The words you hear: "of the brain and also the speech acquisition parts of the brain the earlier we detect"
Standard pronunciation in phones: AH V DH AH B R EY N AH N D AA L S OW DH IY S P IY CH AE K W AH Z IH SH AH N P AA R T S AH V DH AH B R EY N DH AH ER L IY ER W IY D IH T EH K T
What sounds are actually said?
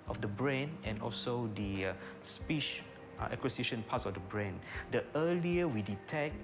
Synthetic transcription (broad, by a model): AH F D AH B R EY N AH N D AA L S OW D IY S P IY SH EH K W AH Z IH SH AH N P AA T S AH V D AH B R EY N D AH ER L IY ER W IY D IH T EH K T